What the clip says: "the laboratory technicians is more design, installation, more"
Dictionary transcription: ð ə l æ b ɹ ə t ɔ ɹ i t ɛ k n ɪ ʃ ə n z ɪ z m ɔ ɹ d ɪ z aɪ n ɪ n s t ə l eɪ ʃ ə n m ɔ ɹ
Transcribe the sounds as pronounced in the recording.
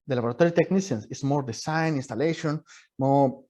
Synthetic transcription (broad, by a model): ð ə l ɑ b ɹ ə t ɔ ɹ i t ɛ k n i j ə n s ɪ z m ɔ ɹ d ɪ s aɪ n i n s t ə l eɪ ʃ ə n m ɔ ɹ